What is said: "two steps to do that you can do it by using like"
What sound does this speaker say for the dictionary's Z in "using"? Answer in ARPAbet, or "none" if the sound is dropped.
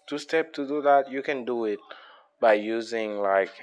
Z